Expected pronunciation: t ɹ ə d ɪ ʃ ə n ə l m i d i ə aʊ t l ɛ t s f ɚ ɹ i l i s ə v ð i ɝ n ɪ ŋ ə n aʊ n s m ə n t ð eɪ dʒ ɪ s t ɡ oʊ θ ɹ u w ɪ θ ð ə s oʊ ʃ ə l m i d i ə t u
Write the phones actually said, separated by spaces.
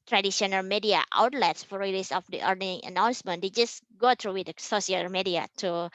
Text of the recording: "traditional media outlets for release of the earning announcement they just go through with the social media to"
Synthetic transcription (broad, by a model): t ɹ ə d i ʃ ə n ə l m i d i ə aʊ t l ɛ t s f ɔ ɹ i l i s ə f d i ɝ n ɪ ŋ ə n aʊ n s m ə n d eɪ dʒ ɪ s ɡ oʊ t ɹ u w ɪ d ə s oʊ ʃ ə l m i d i ə t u